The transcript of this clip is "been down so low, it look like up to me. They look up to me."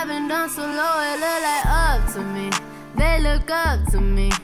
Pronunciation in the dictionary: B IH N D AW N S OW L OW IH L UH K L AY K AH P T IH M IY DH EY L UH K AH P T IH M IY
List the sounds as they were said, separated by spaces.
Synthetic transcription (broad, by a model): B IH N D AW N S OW L OW IH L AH L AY AH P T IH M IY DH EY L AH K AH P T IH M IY